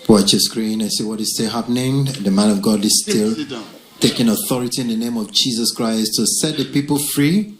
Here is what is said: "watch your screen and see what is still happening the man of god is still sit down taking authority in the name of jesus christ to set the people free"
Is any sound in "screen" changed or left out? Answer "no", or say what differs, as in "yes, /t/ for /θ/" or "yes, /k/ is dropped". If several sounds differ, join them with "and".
no